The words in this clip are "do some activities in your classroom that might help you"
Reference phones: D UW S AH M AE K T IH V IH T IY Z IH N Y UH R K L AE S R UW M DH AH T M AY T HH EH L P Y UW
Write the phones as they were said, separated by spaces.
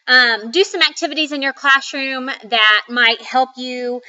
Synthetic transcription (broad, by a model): D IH S AH M AE K T IH V IH T IY Z IH N Y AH R K L AE S R UW M DH AH T M AY T HH EH L P Y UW